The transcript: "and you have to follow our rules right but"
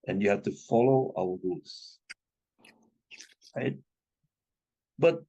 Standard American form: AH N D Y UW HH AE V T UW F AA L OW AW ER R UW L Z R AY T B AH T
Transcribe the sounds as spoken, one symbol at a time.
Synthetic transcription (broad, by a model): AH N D Y UW HH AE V T UW F AA L OW AW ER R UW L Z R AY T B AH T